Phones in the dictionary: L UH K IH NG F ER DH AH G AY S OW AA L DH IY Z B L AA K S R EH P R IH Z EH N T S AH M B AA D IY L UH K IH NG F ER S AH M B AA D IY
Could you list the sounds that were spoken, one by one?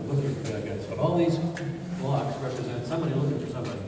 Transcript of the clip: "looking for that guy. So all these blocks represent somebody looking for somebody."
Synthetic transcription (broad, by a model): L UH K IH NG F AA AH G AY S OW AA L DH IY Z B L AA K S R EH P R IH Z EH N T S AH M B AA D IY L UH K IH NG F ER S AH M B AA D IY